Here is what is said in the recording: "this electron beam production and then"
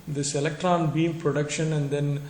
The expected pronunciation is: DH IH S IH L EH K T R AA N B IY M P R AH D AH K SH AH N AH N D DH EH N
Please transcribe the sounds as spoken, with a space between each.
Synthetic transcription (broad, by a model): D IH S IH L EH K T R AA N B IY M P R AH D AH K SH AH N AH N D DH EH N